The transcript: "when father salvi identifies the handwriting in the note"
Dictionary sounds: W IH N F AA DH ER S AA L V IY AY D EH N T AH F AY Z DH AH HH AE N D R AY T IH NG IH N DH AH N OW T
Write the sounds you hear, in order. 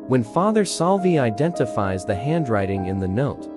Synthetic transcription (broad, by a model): W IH N F AA DH ER S AA L V IY AY D EH N T AH F AY Z DH AH HH AE N D R AY T IH NG IH N DH AH N OW T